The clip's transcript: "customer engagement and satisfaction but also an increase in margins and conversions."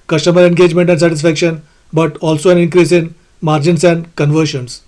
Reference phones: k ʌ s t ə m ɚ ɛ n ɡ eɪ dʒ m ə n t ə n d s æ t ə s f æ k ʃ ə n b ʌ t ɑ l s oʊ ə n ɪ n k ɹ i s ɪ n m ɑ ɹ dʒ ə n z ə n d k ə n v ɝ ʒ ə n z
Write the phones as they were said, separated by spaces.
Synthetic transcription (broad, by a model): k ʌ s t ə m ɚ ɛ n ɡ eɪ dʒ m ə n t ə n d s æ t ə s f æ k ʃ ə n b ʌ t ɑ l s oʊ ə n ɪ n k ɹ i s ɪ n m ɑ ɹ dʒ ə n s ə n d k ə n v ɝ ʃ ə n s